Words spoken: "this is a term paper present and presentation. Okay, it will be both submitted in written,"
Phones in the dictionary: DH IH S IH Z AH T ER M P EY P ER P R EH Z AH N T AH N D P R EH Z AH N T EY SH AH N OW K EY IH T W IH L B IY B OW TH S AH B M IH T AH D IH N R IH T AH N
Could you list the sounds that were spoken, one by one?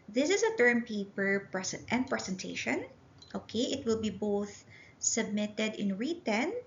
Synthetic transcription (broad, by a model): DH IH S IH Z AH T ER M P EY P ER P R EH S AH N T AH N D P R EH S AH N T EY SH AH N OW K EY IH T W IH L B IY B OW TH S AH B M IH T AH D IH N R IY T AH N